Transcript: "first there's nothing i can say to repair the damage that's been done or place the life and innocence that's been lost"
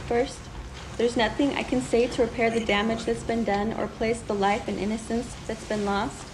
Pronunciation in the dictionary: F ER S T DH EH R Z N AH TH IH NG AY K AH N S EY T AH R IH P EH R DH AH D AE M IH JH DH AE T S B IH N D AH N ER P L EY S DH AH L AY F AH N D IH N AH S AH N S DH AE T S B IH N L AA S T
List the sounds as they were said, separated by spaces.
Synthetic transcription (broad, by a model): F ER S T DH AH R Z N AH TH IH NG AY K AH N S EY T AH R IH P EH R DH AH D AE M IH JH DH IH T S B IH N D AH N ER P L EY S DH AH L AY F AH N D IH N AH S AH N S DH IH T S B IH N L AA S T